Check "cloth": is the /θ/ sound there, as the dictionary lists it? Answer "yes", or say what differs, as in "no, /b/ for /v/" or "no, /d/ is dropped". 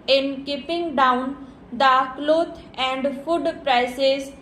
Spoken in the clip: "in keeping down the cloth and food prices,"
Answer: no, /t/ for /θ/